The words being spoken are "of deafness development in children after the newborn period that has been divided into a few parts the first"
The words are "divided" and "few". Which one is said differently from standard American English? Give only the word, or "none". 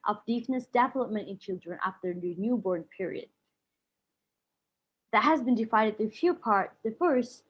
divided